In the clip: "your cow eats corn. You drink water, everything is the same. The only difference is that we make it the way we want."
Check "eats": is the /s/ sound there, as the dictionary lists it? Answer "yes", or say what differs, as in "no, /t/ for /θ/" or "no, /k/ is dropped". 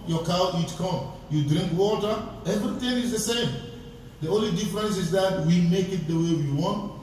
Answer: no, /s/ is dropped